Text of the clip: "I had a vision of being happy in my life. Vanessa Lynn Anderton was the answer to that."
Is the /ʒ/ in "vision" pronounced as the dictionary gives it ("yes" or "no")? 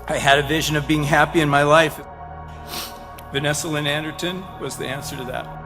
yes